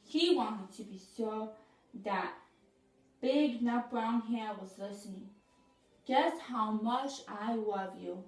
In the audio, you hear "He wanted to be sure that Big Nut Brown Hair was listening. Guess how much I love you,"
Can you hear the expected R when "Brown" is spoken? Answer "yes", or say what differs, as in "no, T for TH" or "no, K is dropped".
yes